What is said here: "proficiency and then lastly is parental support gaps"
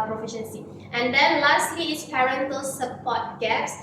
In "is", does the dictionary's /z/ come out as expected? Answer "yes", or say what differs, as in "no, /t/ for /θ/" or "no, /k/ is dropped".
no, /s/ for /z/